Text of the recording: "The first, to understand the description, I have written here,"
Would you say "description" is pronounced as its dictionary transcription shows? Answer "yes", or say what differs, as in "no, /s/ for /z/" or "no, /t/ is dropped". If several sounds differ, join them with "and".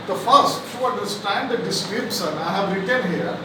no, /s/ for /ʃ/